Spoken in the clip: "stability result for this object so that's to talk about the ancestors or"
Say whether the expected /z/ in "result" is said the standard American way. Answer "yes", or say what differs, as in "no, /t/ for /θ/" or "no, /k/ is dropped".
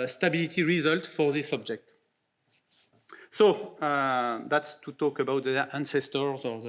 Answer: yes